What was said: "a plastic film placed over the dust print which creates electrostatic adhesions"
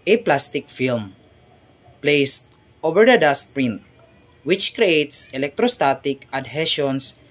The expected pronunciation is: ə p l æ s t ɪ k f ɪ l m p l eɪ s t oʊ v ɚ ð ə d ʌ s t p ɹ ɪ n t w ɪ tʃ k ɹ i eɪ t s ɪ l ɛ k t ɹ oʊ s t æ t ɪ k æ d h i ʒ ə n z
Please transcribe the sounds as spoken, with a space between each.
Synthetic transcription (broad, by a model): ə p l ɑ s t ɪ k f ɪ l m p l eɪ s t oʊ v ɚ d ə d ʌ s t p ɹ ɪ n t w ɪ tʃ k ɹ i eɪ t s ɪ l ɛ k t ɹ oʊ s t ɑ t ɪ k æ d h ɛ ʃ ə n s